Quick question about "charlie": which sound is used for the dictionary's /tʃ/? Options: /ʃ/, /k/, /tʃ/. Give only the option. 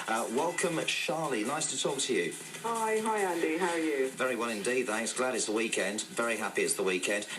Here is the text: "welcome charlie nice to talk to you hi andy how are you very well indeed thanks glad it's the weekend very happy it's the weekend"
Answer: /ʃ/